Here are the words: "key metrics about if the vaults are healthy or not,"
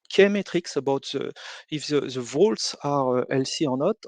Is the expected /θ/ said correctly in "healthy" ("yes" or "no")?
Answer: no